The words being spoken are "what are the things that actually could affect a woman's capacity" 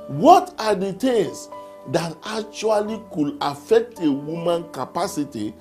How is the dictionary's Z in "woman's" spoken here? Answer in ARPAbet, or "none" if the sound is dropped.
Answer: none